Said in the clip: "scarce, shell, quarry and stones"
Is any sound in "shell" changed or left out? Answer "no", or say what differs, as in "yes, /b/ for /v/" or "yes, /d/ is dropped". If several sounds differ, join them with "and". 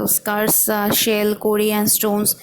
no